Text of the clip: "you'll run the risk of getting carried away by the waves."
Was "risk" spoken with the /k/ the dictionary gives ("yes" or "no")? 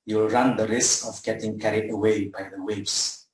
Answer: yes